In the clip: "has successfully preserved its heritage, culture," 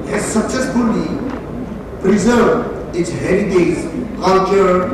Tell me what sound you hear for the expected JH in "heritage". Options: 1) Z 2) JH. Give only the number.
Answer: 1